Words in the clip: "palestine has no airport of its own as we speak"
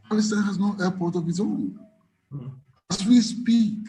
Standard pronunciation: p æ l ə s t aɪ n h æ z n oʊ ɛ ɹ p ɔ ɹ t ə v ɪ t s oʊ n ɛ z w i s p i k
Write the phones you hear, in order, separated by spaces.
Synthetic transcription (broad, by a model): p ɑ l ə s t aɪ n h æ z n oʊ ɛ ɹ p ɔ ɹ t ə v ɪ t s oʊ n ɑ s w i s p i